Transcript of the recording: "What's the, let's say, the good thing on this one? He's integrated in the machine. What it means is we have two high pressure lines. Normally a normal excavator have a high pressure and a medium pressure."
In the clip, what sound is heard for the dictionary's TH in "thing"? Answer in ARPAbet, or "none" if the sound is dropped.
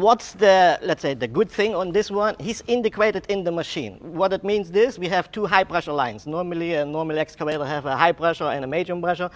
TH